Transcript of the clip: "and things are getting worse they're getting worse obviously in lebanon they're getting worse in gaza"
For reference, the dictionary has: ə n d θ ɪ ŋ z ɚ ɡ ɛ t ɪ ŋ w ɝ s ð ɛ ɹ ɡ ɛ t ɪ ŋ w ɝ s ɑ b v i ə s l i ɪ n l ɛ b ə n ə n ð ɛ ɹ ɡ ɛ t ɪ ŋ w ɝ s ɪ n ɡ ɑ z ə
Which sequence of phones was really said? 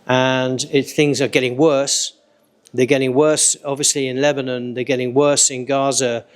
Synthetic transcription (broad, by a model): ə n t θ ɪ ŋ z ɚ ɡ ɛ t ɪ ŋ w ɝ s ð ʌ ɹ ɡ ɛ t ɪ ŋ w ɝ s ɑ b v i ə s l i ɪ n l ɛ b ə n ə n ð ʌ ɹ ɡ ɛ t ɪ ŋ w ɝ s ɪ n ɡ ɑ z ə